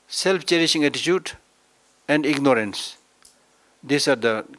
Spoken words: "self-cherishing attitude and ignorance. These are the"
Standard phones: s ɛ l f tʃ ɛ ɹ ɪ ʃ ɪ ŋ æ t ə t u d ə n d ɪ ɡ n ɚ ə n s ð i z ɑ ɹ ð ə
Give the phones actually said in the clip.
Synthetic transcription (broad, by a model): s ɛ l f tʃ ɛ ɹ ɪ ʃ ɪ ŋ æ t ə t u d ə n d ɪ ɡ n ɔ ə n s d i s ɑ ɹ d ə